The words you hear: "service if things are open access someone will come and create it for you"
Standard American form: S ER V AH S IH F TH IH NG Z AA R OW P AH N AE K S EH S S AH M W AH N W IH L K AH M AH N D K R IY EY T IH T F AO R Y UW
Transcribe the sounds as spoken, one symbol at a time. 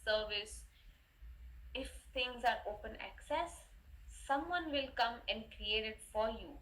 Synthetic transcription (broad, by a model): S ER V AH S IH F T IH NG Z AA R OW P AH N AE K S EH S S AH M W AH N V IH L K AH M AH N D K R IY EY T IH T F AO R Y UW